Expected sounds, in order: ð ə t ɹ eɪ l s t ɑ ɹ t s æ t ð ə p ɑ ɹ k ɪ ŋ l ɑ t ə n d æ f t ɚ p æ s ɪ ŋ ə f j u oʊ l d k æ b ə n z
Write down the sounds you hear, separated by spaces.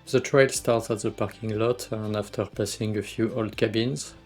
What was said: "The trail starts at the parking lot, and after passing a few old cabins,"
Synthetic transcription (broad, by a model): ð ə t ɹ eɪ l s t ɑ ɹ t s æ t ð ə p ɑ ɹ k ɪ ŋ l ɑ t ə n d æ f t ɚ p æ s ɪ ŋ ə f j u oʊ l d k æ b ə n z